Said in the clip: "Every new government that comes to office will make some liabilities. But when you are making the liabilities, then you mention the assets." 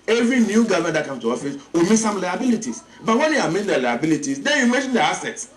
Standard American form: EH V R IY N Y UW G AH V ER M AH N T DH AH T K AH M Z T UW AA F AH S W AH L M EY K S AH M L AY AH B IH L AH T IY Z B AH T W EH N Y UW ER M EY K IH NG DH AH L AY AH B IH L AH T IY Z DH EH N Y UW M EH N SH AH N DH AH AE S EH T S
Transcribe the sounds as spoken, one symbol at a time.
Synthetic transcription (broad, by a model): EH V R IY N Y UW G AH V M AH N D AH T K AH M S T UW AA F AH S W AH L M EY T S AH M L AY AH B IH L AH T IY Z B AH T W EH N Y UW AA M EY IH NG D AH L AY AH B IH L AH T IY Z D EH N Y UW M EH N SH AH N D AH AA S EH T S